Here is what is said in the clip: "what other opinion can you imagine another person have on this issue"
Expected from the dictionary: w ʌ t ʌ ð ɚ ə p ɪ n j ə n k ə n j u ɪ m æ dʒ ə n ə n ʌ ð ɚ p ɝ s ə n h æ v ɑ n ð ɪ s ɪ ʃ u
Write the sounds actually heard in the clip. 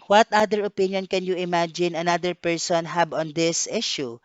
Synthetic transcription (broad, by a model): w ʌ t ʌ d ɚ ə p ɪ n j ə n k ə n j u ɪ m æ dʒ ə n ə n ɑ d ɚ p ɝ s ə n h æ b ɑ n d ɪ s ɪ ʃ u